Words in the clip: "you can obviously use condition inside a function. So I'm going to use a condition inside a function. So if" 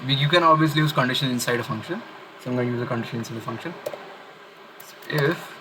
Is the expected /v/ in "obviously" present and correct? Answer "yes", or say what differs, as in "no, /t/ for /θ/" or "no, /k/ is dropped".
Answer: yes